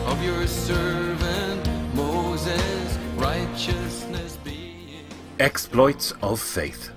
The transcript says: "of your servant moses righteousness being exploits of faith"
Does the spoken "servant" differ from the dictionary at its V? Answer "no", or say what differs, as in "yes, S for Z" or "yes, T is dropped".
no